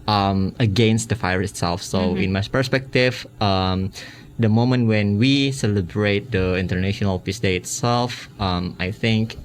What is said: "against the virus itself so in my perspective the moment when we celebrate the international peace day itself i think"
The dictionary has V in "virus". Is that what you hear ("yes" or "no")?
no